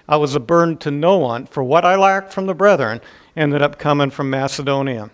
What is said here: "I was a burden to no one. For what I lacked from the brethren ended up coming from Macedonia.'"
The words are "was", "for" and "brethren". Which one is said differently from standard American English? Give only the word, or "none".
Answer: none